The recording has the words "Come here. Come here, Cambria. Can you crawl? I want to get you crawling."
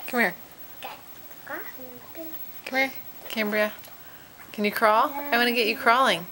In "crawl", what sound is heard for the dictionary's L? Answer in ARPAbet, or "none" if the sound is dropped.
L